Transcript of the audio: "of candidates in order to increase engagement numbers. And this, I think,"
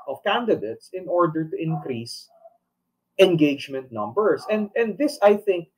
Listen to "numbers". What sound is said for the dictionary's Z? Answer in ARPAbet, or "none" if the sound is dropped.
S